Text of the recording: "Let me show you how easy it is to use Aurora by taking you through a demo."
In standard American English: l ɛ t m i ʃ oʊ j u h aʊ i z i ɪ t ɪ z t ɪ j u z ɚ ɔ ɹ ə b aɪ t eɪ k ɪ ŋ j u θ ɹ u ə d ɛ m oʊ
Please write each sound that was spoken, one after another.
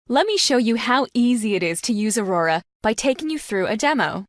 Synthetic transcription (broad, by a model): l ɛ t m i ʃ oʊ j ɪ h aʊ i z i ɪ t ɪ z t ɪ j u z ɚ ɔ ɹ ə b aɪ t eɪ k ɪ ŋ j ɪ θ ɹ u ə d ɛ m oʊ